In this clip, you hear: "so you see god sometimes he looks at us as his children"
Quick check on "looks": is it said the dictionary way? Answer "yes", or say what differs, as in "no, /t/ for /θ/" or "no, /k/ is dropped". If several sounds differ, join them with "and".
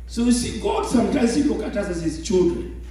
no, /s/ is dropped